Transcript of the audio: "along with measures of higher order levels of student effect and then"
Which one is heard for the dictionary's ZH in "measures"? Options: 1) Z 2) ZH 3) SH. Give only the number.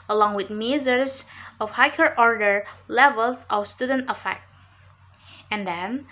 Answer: 1